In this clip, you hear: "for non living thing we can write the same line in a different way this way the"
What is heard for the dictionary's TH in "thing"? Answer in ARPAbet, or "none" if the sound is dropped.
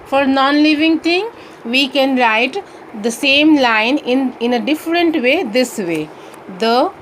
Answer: T